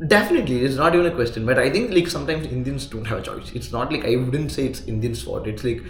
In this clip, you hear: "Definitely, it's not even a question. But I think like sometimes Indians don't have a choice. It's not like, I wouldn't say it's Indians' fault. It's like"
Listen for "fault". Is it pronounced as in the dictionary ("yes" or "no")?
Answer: no